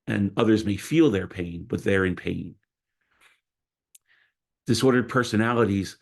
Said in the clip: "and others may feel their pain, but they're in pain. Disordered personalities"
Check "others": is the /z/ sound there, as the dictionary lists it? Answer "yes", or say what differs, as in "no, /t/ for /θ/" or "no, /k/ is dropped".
yes